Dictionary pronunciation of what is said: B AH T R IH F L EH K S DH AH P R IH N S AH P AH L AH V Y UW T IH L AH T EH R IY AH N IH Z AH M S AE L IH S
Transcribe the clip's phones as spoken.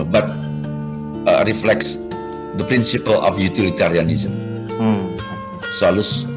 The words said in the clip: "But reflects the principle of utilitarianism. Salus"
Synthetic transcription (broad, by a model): B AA T R IH F L EH K S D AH P R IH N S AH P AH L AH F Y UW T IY L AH T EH R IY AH N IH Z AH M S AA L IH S